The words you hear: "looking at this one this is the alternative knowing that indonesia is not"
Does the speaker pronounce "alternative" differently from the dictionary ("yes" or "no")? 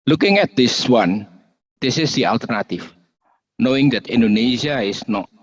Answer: yes